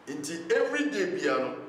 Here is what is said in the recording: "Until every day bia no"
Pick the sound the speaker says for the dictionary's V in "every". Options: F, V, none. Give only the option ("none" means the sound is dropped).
V